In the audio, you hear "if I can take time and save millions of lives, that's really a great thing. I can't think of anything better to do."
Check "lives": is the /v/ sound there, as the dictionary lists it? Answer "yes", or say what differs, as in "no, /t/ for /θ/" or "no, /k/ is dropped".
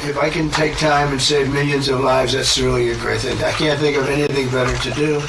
yes